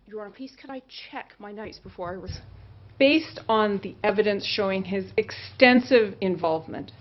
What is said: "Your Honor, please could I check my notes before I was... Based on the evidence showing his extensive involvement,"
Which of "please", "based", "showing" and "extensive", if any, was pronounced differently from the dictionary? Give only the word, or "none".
please